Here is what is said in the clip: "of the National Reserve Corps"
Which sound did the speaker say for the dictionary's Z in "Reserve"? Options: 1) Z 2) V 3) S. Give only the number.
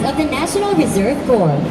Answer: 1